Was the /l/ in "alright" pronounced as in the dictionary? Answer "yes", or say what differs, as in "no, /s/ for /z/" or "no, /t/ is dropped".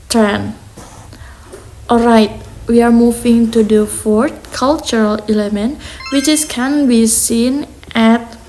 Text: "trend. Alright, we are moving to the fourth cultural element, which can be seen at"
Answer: yes